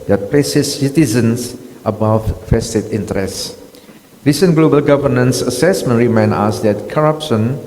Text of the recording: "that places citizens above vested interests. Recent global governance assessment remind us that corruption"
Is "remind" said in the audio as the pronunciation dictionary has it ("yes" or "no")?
no